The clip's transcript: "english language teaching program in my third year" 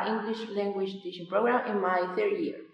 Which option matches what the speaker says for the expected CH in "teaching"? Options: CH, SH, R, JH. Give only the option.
SH